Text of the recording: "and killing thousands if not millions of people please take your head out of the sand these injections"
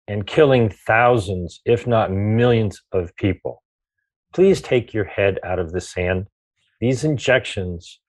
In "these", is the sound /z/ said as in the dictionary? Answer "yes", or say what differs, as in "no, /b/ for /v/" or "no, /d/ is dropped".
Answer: yes